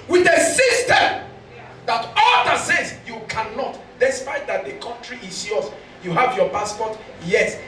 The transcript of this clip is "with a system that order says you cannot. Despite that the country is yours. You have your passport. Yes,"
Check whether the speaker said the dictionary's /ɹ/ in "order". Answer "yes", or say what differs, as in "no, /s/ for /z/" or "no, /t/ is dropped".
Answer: no, /l/ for /ɹ/